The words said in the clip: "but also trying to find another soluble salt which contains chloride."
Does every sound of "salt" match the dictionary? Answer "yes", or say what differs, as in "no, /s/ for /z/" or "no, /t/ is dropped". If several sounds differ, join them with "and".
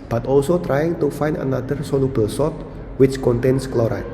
no, /l/ is dropped